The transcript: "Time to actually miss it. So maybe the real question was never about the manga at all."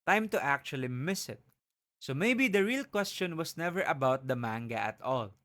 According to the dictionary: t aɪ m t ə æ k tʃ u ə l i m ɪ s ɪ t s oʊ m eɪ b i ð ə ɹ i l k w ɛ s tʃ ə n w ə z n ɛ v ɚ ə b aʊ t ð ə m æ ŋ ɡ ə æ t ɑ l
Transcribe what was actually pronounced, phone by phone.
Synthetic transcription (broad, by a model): t aɪ m t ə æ k tʃ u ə l i m ɪ s ɪ t s oʊ m eɪ b i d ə ɹ i l k w ɛ s tʃ ə n w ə s n ɛ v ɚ ə b aʊ t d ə m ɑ ŋ ɡ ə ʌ t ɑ l